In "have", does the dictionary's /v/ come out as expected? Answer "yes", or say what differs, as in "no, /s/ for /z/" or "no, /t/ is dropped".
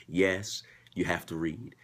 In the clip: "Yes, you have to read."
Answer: no, /f/ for /v/